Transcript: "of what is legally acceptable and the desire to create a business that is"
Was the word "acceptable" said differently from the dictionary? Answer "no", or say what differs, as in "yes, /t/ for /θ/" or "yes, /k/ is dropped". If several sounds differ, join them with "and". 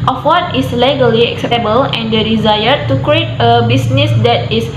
no